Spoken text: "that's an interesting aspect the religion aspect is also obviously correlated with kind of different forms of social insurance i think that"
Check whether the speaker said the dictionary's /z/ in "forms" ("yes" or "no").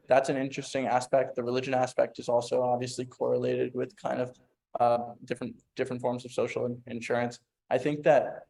yes